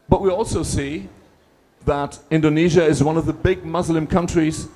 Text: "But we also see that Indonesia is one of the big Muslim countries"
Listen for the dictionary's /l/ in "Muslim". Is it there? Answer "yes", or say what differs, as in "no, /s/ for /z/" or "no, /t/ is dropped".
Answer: yes